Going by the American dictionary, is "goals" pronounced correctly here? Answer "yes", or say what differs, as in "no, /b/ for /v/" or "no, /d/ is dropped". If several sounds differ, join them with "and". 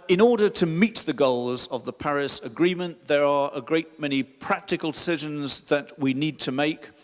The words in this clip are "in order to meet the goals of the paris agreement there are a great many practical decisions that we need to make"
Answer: yes